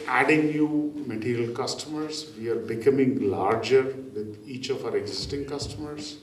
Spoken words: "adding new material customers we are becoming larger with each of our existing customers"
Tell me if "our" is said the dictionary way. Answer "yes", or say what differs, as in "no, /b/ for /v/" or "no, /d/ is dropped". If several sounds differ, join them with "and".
yes